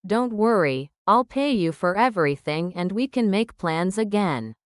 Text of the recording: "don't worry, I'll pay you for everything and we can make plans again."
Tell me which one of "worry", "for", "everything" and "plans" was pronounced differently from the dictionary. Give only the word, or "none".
none